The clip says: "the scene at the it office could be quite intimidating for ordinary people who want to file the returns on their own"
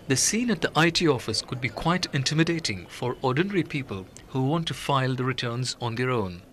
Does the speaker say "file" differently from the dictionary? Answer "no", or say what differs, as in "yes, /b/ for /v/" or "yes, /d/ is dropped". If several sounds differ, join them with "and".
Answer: no